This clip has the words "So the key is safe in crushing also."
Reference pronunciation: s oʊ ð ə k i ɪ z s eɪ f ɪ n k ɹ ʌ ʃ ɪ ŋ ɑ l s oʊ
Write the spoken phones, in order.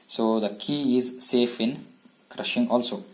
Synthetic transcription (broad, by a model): s oʊ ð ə k i ɪ z s eɪ f ɪ n k ɹ ʌ ʃ ɪ ŋ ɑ l s oʊ